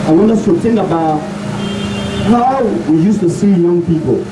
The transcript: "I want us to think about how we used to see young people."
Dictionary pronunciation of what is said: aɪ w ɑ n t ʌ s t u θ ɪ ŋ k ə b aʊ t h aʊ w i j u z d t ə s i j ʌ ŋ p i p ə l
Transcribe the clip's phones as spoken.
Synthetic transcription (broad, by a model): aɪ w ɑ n ʌ s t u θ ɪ ŋ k ə b aʊ t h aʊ w i j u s t ə s i j ʌ ŋ p i p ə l